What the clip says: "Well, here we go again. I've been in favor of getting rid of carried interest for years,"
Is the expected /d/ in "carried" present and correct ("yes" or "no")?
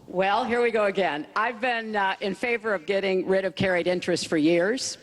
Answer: yes